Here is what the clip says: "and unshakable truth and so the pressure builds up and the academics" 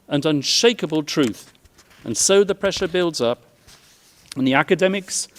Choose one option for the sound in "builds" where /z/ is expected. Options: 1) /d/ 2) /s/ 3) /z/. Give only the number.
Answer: 3